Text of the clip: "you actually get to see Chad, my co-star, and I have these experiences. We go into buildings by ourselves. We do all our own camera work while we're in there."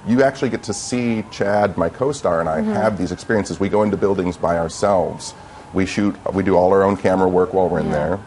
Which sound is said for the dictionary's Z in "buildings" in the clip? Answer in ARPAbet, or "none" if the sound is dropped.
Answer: Z